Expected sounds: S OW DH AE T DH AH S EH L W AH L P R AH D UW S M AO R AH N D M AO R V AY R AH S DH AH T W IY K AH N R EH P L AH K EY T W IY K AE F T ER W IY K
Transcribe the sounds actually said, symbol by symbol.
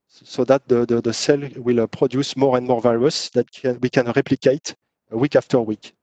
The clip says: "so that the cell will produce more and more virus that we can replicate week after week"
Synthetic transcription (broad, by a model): S OW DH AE T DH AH S EH L W AH L P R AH D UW S M AO R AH N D M AO R V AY L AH S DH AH T W IY K AH N R EH P L AH K EY T W IY K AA F T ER W IY K